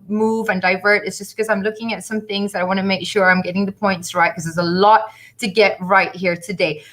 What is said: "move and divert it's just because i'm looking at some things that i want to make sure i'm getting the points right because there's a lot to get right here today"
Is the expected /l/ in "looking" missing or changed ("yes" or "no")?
no